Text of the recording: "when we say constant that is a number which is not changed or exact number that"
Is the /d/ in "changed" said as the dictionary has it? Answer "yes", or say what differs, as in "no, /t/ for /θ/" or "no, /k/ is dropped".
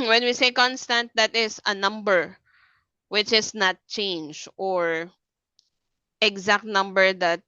no, /d/ is dropped